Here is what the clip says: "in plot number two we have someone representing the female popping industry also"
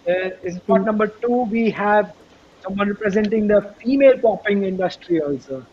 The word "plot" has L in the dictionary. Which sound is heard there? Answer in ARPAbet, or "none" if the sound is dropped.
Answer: none